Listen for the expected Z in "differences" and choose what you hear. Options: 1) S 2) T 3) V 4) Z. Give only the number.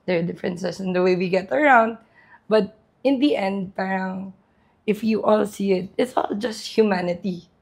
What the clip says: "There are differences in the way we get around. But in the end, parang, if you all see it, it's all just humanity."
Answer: 1